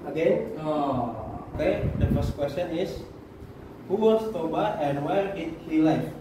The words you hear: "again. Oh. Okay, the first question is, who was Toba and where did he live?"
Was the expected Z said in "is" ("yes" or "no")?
no